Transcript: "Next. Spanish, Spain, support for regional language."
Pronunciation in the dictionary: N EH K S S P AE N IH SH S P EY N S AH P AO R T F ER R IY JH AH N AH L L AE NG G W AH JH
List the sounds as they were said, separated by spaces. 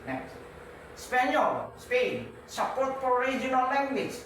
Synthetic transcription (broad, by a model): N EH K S S P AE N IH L S P EY N S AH P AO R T P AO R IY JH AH N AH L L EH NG G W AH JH